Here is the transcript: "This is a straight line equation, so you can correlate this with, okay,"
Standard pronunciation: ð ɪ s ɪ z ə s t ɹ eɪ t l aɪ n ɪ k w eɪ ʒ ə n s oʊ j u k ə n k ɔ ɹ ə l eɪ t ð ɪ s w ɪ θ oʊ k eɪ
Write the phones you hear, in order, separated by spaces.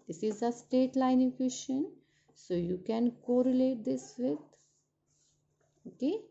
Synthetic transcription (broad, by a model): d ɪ s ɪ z ə s t eɪ t l aɪ n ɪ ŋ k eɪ ʃ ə n s oʊ j u k ə n k ɔ ɹ ə l eɪ t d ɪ s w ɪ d oʊ k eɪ